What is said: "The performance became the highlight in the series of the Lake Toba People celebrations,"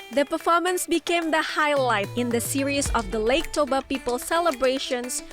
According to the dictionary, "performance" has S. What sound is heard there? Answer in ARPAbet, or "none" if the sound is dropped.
S